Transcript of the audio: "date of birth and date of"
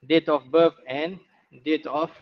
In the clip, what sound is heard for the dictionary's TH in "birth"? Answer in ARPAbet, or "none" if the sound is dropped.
F